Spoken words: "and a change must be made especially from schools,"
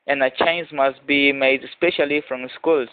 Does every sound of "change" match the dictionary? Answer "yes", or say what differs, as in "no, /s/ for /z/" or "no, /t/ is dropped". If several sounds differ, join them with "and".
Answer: no, /z/ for /dʒ/